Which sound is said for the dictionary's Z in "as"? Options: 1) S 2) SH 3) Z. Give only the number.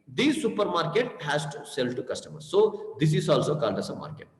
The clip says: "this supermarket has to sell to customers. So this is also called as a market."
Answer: 1